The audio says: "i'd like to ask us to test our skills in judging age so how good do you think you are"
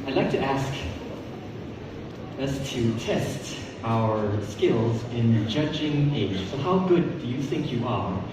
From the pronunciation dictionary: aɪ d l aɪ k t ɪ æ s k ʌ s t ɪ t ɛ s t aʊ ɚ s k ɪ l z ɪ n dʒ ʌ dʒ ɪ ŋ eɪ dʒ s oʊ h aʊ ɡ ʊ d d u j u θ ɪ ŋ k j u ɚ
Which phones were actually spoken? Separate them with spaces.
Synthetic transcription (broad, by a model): aɪ d l aɪ k t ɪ æ s k ʌ s t ɪ t ɛ s t aʊ ɚ s k ɪ l z ɪ n dʒ ʌ dʒ ɪ ŋ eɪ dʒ s oʊ h aʊ ɡ ʊ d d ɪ j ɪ θ ɪ ŋ k j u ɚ